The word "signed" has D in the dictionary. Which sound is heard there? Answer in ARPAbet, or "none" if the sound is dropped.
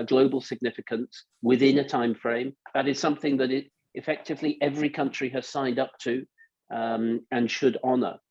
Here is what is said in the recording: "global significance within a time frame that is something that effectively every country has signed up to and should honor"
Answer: D